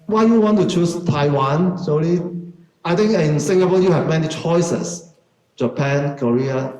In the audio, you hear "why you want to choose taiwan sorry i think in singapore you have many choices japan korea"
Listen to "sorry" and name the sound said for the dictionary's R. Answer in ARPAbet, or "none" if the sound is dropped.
L